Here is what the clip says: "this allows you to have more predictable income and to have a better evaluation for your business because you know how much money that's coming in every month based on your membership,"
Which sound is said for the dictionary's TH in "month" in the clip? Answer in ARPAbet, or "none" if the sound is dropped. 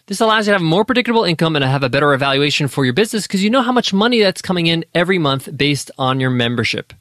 TH